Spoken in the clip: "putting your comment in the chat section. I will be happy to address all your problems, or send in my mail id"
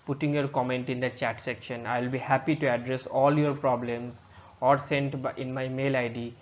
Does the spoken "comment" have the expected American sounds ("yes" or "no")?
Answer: yes